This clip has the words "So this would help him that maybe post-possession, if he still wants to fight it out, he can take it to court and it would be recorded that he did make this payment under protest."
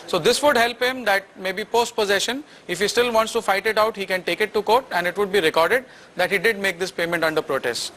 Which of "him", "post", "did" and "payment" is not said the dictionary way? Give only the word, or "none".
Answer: none